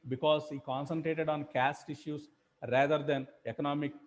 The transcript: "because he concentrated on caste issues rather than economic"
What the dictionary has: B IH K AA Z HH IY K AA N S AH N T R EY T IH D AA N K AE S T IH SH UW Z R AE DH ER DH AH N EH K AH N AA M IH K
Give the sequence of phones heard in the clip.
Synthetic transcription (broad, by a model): B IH K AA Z HH IY K AA N S AH N T R EY T IH D AA N K AE S T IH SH UW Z R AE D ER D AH N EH K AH N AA M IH K